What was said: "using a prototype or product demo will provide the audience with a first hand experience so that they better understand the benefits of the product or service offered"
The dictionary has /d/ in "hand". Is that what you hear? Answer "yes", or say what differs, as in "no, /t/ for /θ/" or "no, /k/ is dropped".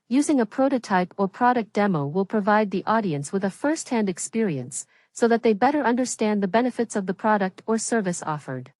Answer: yes